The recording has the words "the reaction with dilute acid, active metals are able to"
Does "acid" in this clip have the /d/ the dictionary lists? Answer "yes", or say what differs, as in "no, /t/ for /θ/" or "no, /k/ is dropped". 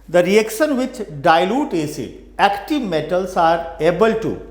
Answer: no, /d/ is dropped